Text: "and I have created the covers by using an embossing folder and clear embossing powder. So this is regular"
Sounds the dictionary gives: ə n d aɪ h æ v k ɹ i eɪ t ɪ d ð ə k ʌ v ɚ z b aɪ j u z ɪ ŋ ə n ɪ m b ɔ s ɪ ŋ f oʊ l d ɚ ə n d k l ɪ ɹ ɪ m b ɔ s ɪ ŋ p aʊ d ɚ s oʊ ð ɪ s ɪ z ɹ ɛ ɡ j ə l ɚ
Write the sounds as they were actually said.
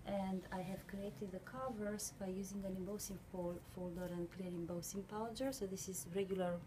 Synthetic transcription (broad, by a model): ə n d aɪ h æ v k ɹ i eɪ t ɪ d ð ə k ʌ v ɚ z b aɪ j u z ɪ ŋ ə n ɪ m b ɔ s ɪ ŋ f oʊ l d ɚ ə n d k l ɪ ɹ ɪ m b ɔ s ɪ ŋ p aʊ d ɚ s oʊ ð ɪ s ɪ z ɹ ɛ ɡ j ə l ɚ